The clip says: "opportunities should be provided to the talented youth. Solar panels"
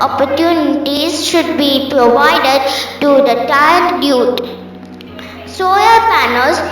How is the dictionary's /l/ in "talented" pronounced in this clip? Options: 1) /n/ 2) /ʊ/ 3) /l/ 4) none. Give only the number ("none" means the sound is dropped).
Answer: 4